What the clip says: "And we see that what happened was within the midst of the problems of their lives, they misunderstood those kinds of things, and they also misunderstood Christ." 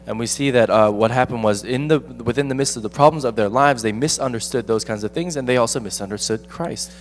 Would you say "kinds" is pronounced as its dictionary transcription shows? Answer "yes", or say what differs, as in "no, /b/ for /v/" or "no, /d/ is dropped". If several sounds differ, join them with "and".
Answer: yes